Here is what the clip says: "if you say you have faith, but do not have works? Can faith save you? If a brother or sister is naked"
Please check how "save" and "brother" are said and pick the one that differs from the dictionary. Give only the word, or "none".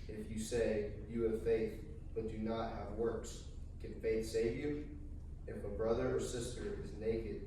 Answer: none